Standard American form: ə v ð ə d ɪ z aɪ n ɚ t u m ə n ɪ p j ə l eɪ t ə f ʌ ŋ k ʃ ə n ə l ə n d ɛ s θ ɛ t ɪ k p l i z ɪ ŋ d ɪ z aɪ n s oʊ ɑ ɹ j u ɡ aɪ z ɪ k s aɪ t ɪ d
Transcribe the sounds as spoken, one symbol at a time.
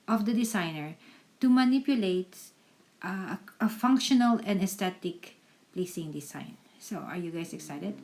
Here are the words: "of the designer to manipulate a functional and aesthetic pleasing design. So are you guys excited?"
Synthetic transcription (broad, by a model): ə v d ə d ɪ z aɪ n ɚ t u m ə n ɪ p j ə l eɪ t ə f ʌ ŋ k ʃ ə n ə l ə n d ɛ s t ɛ t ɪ k p l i s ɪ ŋ d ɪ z aɪ n s oʊ ɑ ɹ j u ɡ aɪ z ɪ k s aɪ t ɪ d